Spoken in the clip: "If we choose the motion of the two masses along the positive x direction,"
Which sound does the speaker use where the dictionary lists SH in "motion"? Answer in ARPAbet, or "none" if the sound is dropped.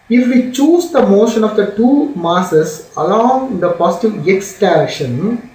SH